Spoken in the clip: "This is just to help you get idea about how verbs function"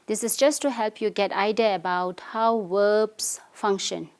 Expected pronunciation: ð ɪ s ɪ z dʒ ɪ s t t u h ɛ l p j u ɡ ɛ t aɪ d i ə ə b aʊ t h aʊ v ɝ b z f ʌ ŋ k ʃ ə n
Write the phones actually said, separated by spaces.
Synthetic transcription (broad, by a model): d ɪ s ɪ s dʒ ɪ s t t u h ɛ l p j u ɡ ɛ t aɪ d i ə ə b aʊ t h aʊ w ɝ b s f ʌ ŋ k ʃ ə n